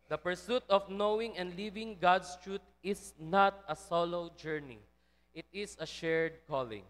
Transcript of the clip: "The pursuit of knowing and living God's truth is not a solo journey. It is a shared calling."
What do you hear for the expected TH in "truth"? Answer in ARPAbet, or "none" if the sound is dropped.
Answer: T